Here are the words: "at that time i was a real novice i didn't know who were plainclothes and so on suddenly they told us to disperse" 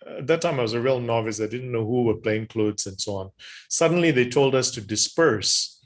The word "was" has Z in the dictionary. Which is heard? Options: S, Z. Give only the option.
Z